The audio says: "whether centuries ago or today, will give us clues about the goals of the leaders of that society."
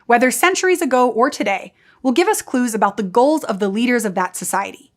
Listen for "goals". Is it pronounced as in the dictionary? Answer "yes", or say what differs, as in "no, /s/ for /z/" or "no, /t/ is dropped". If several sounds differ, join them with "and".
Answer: yes